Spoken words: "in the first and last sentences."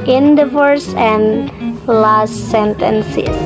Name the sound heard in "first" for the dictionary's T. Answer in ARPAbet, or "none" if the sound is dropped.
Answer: none